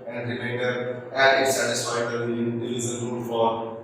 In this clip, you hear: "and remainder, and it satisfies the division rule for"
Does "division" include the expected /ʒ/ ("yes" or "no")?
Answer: no